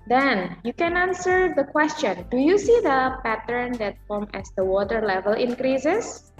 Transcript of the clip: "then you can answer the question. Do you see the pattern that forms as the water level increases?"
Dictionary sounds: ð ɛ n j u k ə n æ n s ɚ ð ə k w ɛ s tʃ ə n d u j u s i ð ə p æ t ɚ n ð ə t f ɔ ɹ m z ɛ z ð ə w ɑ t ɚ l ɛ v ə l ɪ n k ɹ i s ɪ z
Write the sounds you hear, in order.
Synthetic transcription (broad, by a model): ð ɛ n j u k ə n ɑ n s ɚ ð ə k w ɛ s tʃ ə n d u j u s i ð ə p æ t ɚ n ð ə t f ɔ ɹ m ɛ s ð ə w ɑ t ɚ l ɛ v ə l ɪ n k ɹ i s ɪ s